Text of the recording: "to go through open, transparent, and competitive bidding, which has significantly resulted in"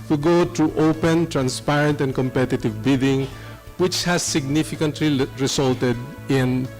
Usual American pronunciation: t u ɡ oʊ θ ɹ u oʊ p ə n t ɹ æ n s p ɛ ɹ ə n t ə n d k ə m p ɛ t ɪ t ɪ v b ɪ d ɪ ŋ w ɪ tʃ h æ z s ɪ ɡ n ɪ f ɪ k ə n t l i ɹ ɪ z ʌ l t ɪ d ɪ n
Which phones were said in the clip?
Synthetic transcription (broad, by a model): t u ɡ oʊ t ɹ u oʊ p ə n t ɹ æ n s p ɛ ɹ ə n t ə n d k ə m p ɛ t ɪ t ɪ v b ɪ d ɪ ŋ w ɪ tʃ h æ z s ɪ ɡ n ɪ f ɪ k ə n t l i ɹ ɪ s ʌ l t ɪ d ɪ n